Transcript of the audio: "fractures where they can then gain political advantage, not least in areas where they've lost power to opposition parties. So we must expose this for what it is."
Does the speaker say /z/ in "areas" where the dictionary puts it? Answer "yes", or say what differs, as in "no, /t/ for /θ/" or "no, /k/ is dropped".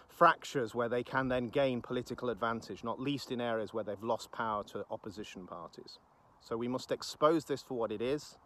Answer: yes